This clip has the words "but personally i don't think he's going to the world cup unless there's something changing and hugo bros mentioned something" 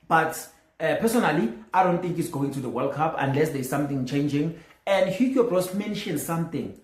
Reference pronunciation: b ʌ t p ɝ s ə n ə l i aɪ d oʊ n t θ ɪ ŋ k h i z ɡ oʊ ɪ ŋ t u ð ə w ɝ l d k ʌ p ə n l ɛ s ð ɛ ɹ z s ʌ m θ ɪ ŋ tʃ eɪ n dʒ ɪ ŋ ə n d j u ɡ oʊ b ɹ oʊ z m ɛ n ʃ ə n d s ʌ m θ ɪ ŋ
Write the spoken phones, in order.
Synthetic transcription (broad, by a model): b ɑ t p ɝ s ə n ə l i aɪ d oʊ n t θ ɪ ŋ k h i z ɡ oʊ ɪ ŋ t u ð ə w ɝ l k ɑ p ə n l ɛ s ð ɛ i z s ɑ m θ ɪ ŋ tʃ eɪ n dʒ ɪ ŋ ə n d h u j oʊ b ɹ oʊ s m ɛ n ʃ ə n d s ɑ m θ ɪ ŋ